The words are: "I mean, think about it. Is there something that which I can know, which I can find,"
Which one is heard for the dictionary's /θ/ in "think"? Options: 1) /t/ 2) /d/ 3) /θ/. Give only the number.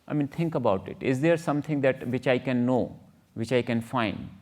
1